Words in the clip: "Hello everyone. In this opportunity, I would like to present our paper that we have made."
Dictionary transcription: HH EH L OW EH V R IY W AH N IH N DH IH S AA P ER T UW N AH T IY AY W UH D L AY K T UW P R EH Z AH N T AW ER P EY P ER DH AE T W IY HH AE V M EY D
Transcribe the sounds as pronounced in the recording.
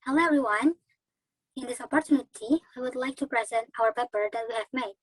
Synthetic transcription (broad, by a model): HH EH L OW EH V R IY W AH N IH N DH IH S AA P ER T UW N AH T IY AY W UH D L AY K T UW P R EH Z AH N T AW ER P EY P ER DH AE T W IY HH AE V M EY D